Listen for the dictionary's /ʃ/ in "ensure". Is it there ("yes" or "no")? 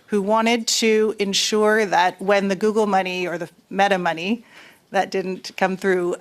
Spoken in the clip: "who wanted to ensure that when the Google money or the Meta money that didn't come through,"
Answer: yes